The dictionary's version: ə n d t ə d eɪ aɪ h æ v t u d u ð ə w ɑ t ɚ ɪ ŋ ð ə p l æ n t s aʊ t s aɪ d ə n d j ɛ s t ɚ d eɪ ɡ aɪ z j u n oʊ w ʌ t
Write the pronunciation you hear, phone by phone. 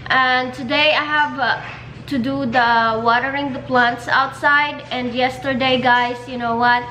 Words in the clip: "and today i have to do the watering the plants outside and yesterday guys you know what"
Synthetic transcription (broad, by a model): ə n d t ə d eɪ aɪ h æ v t u d u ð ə w ɑ t ɚ ɪ ŋ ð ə p l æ n t s aʊ t s aɪ d ə n d j ɛ s t ɚ d eɪ ɡ aɪ s j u n oʊ w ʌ t